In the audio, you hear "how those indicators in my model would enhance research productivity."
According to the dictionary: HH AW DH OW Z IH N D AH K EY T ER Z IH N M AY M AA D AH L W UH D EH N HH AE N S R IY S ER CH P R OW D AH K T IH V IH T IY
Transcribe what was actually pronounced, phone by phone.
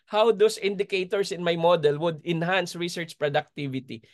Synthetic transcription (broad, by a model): HH AW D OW S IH N D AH K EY T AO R IH N M AY M AA D AH L W UH D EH N HH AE N S R IY S ER CH P R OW D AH K T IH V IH T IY